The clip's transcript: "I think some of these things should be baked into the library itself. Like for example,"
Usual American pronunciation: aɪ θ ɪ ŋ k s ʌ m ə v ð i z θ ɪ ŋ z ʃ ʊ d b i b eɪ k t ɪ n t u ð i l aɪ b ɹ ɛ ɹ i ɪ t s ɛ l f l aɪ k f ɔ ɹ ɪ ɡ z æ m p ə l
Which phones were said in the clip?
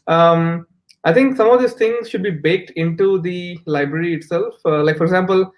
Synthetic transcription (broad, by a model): aɪ t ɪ ŋ k s ʌ m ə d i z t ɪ ŋ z ʃ ʊ d b i b eɪ k t ɪ n t u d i l aɪ b ɹ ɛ ɹ i ɪ t s ɛ l f l aɪ k f ɔ ɹ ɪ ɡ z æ m p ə l